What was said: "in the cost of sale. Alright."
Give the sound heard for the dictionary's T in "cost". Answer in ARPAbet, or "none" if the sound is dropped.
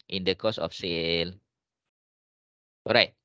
none